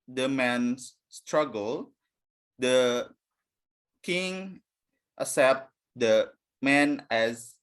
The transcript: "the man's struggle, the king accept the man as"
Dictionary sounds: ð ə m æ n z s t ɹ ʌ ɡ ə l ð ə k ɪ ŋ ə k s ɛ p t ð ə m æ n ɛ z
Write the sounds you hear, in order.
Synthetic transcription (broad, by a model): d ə m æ n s s t ɹ ʌ ɡ ə l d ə k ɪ ŋ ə s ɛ p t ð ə m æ n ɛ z